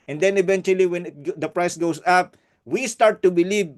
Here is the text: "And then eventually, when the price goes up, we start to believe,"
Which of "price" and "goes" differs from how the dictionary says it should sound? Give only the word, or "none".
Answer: goes